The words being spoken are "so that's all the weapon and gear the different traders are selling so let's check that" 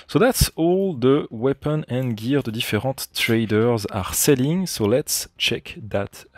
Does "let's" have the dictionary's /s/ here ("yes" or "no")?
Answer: yes